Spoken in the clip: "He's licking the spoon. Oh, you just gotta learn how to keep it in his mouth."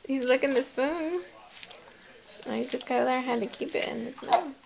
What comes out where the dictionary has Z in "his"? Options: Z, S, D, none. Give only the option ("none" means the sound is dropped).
S